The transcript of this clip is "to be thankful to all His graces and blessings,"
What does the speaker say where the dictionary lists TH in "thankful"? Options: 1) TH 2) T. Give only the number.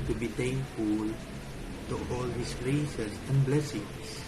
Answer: 2